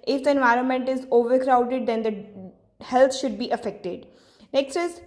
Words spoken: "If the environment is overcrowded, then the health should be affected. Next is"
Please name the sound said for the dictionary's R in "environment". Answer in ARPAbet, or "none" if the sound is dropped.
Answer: R